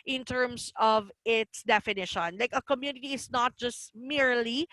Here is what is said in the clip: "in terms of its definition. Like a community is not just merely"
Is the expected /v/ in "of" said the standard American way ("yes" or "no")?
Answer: yes